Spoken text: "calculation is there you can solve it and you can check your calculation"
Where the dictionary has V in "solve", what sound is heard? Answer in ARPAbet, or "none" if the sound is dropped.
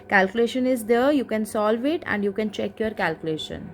V